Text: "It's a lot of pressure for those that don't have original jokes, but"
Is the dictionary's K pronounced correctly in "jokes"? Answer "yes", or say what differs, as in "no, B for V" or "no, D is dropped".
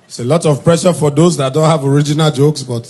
yes